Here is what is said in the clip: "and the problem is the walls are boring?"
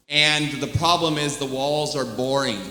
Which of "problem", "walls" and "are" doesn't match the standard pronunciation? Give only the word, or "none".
none